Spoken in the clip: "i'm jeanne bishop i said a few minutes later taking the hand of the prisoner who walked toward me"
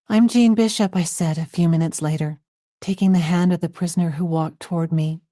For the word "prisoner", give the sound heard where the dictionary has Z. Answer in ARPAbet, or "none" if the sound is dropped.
Z